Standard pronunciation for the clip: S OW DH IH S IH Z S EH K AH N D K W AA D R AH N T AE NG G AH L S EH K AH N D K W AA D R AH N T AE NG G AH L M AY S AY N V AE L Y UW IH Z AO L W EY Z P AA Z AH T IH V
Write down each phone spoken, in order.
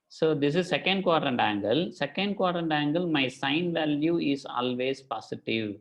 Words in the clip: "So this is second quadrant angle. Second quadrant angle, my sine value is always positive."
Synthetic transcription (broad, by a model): S OW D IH S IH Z S EH K AH N D K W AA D R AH N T AE NG G AH L S EH K AH N D K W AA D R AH N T AE NG G AH L M AY S AY N V AE L Y UW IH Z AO L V EY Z P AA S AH T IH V